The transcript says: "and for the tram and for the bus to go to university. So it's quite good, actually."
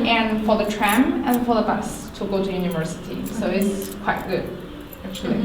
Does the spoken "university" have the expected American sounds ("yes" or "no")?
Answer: yes